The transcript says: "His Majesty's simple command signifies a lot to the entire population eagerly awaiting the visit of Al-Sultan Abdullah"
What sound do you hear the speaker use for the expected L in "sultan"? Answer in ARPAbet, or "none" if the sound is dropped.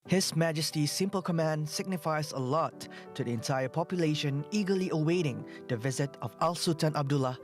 none